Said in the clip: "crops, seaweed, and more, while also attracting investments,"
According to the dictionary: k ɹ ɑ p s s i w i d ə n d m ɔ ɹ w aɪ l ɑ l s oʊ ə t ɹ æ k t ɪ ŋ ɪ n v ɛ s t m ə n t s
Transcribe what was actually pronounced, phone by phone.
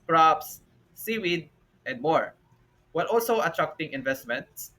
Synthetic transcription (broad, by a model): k ɹ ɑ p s s i w i d ə n d m ɔ ɹ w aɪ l ɑ l s oʊ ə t ɹ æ k t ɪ ŋ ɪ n v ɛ s t m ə n t s